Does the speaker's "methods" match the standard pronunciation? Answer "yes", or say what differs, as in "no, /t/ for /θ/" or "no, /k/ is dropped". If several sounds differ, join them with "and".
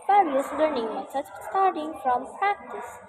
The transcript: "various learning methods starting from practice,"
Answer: no, /s/ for /θ/